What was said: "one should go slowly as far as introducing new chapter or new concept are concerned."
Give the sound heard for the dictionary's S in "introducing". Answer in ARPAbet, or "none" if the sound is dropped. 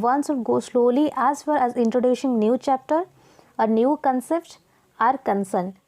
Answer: SH